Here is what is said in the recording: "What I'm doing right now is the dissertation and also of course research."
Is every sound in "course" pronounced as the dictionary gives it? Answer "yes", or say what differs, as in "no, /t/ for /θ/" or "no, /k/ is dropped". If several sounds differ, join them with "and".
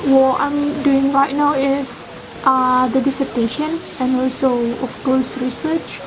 no, /l/ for /ɹ/